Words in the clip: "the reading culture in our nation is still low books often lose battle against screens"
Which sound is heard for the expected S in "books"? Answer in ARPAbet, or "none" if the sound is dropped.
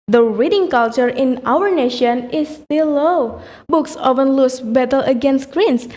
S